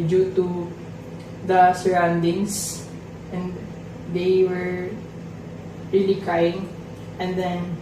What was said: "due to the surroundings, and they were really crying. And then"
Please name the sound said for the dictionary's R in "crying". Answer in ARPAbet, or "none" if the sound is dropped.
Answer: none